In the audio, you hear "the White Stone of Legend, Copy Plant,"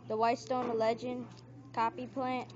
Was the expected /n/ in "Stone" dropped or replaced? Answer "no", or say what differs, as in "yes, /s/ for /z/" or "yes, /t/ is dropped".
yes, /n/ is dropped